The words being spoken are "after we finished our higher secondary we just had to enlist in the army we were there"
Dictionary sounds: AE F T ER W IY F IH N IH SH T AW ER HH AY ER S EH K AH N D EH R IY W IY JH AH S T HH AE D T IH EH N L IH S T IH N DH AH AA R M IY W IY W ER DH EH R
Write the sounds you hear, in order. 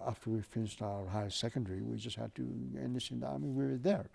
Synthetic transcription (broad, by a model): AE F T ER W IY F IH N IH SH T AW ER HH AY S S EH K AH N D EH R IY W IY JH AH S T HH AE D T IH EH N IH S IH N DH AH AA R M IY W IY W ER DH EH R